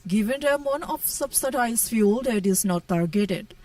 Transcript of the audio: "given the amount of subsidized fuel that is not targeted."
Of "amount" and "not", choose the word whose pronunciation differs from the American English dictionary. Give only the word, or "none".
amount